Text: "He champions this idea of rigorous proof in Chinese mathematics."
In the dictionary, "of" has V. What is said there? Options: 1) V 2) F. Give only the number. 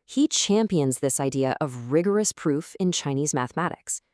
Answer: 1